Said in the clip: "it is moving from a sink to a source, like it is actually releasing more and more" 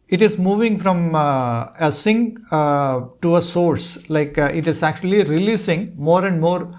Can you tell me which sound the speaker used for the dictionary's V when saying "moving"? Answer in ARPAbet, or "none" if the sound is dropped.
V